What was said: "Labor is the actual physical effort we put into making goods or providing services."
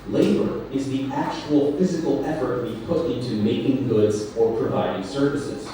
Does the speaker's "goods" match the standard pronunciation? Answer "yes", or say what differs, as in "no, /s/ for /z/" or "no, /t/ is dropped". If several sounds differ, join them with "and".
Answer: yes